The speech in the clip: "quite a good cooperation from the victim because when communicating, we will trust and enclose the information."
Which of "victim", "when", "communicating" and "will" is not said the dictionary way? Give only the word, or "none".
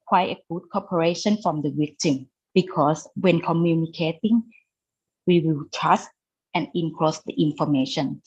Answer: victim